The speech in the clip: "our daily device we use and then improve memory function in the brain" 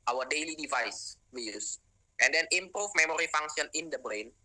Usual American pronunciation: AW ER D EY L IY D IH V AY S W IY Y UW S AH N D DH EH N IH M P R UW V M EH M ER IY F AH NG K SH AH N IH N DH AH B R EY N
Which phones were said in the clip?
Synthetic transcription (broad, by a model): AW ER D EY L IY D IH V AY S W IY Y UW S AH N D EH N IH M P R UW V M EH M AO IY F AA NG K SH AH N IH N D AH B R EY N